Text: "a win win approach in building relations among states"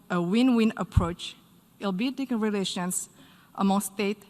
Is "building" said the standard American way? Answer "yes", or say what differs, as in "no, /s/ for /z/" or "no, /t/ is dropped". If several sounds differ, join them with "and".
no, /l/ is dropped